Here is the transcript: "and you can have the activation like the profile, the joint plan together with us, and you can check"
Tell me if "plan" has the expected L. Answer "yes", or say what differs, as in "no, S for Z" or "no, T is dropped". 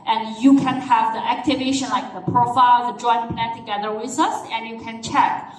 no, L is dropped